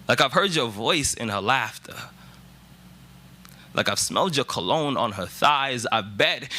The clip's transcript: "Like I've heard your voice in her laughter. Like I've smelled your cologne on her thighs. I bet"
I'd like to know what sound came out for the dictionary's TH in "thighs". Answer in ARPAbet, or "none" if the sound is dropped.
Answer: TH